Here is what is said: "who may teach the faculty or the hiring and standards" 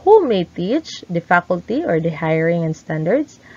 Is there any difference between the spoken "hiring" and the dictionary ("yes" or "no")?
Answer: no